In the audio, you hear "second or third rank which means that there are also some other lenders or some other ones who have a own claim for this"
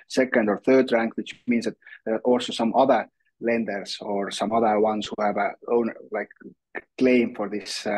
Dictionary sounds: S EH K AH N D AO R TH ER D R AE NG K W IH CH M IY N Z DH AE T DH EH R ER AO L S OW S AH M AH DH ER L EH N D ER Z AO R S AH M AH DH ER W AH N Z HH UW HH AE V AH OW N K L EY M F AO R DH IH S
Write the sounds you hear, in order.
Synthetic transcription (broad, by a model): S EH K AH N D AO R TH ER D R AE NG K W IH CH M IY N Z DH AE T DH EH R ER AO L S OW S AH M AH DH ER L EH N D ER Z AO R S AH M AH DH ER W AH N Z HH UW HH AE V AH OW N K L EY M F AO R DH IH S